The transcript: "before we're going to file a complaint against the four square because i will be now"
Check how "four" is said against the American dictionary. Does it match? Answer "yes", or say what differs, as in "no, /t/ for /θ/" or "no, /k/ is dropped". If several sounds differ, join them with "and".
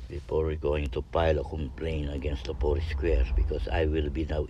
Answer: no, /p/ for /f/